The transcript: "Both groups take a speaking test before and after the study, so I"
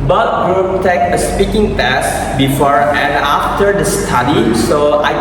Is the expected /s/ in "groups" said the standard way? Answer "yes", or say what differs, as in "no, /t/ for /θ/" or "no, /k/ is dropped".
no, /s/ is dropped